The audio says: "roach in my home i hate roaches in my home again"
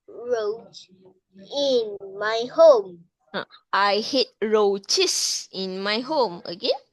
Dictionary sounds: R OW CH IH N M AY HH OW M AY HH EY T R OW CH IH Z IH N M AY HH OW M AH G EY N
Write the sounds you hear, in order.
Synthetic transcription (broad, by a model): R OW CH IH N M AY HH OW M AY HH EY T R OW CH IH S IH N M AY HH OW M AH G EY N